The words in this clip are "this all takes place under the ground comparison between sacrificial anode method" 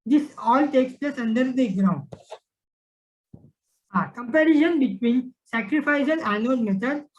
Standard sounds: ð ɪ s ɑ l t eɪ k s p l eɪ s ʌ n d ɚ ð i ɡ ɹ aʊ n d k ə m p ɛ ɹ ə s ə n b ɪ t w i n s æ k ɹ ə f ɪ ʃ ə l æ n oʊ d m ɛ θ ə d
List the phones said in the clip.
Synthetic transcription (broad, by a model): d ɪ s ɑ l t eɪ k s p l eɪ s ʌ n d ɚ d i ɡ ɹ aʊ n d k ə m p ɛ ɹ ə ʃ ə n b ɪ t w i n s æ k ɹ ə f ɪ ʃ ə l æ n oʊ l m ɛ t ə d